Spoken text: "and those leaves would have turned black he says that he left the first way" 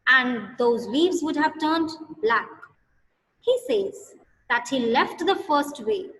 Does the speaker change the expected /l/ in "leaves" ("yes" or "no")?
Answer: yes